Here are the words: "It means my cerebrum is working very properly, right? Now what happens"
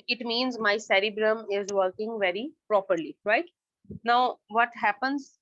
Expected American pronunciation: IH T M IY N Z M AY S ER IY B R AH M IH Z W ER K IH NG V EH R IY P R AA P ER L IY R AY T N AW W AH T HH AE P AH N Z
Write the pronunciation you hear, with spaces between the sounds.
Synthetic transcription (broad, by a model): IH T M IY N Z M AY S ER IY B R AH M IH Z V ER K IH NG V EH R IY P R AA P ER L IY R AY T N AW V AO T HH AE P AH N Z